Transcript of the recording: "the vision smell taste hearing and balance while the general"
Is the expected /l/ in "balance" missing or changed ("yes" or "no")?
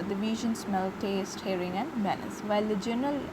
yes